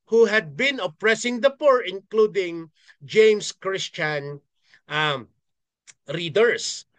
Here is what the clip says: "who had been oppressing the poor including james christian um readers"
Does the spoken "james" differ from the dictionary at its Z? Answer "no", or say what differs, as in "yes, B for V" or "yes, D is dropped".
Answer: yes, S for Z